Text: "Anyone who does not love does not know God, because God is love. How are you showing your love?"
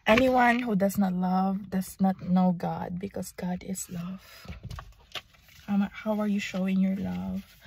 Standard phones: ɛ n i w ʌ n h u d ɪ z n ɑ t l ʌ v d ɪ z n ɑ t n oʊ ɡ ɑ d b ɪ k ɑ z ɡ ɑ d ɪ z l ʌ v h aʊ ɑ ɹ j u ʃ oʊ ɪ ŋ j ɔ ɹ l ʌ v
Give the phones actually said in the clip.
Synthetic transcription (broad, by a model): ɛ n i w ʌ n h u d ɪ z n ɑ t l ʌ v d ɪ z n ɑ t n oʊ ɡ ɑ d b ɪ k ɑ s ɡ ɑ d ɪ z l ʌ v h aʊ ɑ ɹ j u ʃ oʊ ɪ ŋ j ɔ ɹ l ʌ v